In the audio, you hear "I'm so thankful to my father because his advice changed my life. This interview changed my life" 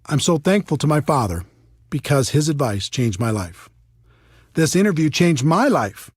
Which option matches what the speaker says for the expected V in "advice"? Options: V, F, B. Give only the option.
V